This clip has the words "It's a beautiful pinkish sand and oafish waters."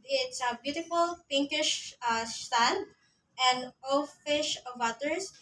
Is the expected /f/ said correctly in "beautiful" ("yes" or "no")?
yes